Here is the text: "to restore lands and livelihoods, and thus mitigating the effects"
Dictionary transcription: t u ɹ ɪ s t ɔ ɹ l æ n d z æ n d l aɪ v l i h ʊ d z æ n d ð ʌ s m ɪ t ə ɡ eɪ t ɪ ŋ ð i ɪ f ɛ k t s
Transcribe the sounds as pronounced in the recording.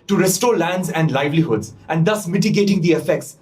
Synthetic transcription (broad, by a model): t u ɹ ɪ s t ɔ ɹ l æ n d z æ n d l aɪ v l i h ʊ d z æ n d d ʌ s m ɪ t ə ɡ eɪ t ɪ ŋ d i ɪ f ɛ k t s